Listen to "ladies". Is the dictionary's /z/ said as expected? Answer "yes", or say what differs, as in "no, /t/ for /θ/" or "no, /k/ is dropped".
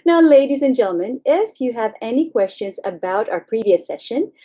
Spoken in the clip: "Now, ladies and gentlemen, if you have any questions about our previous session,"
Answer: yes